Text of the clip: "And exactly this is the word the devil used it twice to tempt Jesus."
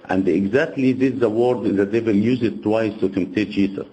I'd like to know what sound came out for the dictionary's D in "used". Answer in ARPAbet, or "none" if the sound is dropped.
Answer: none